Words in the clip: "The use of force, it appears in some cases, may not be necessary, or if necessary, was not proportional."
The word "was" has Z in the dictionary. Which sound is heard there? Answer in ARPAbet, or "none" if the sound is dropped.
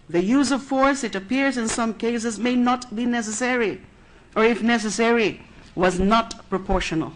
Z